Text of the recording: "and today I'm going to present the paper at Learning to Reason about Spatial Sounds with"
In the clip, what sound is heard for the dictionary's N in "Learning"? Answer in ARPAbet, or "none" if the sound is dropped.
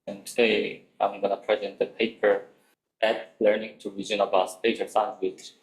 N